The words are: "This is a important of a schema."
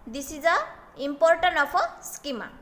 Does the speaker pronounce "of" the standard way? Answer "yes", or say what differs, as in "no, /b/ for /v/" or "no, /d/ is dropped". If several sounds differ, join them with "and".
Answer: no, /p/ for /v/